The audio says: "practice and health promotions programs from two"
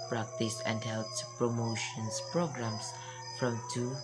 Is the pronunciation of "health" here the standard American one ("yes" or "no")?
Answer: no